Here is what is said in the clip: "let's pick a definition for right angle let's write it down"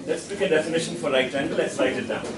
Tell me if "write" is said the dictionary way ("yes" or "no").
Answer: no